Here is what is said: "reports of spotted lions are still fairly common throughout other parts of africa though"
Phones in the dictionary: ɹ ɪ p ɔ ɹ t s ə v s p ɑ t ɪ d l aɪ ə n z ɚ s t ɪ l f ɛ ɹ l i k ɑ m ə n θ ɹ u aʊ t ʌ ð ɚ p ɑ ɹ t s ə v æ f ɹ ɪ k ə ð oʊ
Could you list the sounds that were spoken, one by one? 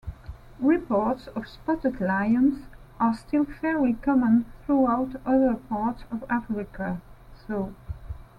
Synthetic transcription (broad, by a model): ɹ ɪ p ɔ ɹ t s ə v s p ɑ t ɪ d l aɪ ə n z ɚ s t ɪ l f ɛ ɹ l i k ɑ m ə n θ ɹ u aʊ t ʌ ð ɚ p ɑ ɹ t s ə v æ f ɹ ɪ k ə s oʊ